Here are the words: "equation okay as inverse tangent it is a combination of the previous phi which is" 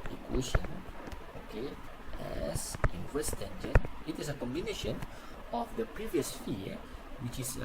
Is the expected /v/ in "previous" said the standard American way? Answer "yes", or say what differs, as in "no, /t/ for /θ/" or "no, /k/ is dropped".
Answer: yes